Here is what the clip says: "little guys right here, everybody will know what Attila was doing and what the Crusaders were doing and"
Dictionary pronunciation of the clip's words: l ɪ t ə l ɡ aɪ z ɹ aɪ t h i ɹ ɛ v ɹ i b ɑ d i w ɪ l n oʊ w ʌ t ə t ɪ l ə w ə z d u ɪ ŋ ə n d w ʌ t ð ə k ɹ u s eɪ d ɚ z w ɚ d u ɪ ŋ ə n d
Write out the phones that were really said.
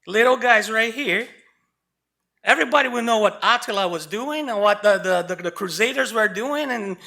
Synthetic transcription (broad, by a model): l ɪ t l ɡ aɪ z ɹ aɪ t h i ɹ ɛ v ɹ i b ɑ d i w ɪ n oʊ w ʌ t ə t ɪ l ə w ə z d u ɪ ŋ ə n w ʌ t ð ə k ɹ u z eɪ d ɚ z w ɚ d u ɪ ŋ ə n